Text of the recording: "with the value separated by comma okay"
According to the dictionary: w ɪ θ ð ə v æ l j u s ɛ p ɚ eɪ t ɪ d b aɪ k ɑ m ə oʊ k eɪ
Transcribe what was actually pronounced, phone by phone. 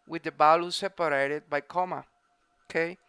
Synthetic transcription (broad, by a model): w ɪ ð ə b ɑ l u s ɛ p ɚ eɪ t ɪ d b aɪ k ɑ m ə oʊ k eɪ